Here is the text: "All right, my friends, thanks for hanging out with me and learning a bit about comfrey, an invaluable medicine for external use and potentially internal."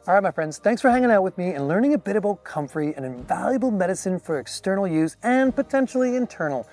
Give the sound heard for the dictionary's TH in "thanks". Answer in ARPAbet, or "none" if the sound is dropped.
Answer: TH